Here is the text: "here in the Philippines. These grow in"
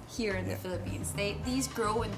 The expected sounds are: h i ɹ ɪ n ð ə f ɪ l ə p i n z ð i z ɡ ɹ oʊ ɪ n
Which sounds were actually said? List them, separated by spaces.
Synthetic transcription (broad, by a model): h i ɹ ɪ n ð ə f ɪ l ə p i n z ð i z ɡ ɹ oʊ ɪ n